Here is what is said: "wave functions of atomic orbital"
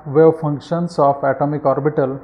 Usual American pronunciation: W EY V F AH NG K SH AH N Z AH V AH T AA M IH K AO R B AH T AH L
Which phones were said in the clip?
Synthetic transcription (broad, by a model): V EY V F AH NG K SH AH N S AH P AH T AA M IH K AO R B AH T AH L